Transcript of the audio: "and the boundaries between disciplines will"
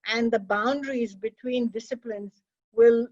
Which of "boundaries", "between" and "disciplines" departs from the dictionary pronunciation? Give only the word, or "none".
none